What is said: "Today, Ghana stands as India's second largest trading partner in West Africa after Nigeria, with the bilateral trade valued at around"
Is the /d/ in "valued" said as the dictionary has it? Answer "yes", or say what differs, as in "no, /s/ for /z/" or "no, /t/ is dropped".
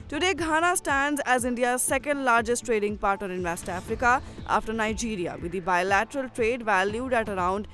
yes